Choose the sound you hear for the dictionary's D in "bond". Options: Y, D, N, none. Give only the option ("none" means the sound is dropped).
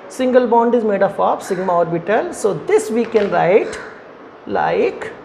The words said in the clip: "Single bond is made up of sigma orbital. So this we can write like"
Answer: D